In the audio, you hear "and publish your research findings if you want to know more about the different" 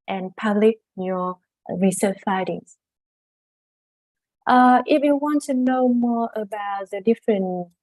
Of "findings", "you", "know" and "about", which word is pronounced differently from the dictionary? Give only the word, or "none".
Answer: findings